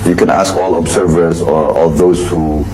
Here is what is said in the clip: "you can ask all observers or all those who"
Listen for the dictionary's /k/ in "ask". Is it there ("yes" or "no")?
yes